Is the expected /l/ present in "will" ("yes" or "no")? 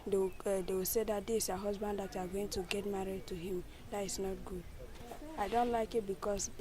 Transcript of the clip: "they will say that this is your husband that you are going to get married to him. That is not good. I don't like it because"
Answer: no